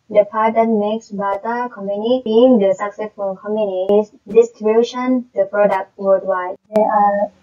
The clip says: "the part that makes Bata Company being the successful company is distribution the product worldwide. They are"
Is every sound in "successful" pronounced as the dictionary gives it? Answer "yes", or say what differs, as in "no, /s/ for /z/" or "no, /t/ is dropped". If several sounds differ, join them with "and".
no, /n/ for /l/